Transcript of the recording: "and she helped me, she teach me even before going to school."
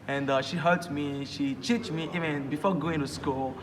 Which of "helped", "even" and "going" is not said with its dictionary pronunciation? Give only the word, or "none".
helped